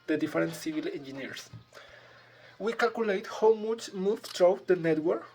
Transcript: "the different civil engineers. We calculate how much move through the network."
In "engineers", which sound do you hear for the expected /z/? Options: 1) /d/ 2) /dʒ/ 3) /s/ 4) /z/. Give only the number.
3